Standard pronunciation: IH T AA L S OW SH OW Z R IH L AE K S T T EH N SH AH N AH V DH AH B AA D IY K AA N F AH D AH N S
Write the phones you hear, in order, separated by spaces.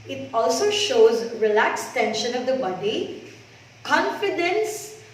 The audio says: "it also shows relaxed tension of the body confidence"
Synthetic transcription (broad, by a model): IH T AA L S OW SH OW Z R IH L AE K S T T EH N SH AH N AH V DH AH B AA D IY K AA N F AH D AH N S